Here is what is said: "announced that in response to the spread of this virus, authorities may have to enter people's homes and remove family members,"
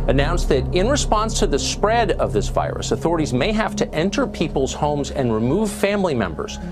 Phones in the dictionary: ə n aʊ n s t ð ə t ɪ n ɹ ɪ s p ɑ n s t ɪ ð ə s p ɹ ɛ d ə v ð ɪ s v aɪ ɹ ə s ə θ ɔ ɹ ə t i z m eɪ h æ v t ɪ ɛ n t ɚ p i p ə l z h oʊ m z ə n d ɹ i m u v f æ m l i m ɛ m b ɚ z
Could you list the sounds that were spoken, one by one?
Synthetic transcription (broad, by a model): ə n aʊ n s ð ə t ɪ n ɹ ɪ s p ɑ n s t ɪ ð ə s p ɹ ɛ d ə v ð ɪ s v aɪ ɹ ə s ə θ ɔ ɹ ə t i z m eɪ h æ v t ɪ ɛ n t ɚ p i p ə l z h oʊ m z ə n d ɹ i m u v f æ m l i m ɛ m b ɚ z